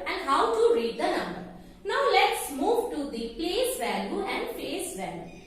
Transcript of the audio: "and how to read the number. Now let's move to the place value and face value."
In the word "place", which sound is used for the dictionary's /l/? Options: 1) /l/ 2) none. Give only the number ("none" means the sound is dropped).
1